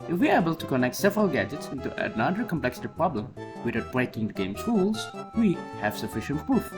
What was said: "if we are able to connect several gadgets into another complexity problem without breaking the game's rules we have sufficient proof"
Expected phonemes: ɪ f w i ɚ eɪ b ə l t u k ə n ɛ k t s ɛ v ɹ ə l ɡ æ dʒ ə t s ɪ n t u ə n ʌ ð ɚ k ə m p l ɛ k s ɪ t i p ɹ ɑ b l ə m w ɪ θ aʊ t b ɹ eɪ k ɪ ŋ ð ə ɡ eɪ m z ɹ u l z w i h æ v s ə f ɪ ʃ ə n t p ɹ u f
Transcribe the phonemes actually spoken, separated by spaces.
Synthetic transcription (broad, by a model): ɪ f w i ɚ eɪ b ə l t u k ə n ɛ k t s ɛ v ɹ ə l ɡ æ dʒ ə t s ɪ n t u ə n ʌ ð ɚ k ə m p l ɛ k s ɪ t i p ɹ ɑ b l ə m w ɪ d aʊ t b ɹ eɪ k ɪ ŋ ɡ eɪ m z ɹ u l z w i h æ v s ə f ɪ ʃ ə n t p ɹ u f